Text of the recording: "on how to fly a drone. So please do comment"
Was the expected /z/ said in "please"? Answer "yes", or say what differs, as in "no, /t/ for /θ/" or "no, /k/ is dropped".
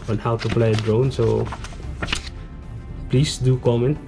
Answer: no, /s/ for /z/